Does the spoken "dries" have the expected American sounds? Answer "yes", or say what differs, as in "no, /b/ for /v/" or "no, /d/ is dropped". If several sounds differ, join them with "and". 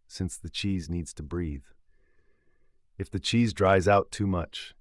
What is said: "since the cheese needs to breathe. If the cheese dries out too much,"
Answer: yes